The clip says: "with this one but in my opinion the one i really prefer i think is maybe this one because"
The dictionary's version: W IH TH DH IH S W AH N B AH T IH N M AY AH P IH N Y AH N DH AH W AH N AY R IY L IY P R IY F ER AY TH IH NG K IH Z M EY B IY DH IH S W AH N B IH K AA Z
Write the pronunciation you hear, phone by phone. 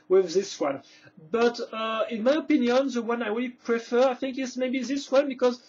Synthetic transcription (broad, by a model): W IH DH IH S W AH N B AH T IH N M AY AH P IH N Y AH N DH AH W AH N AY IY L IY P R IY F ER AY TH IH NG K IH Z M EY B IY DH IH S W AH N B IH K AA Z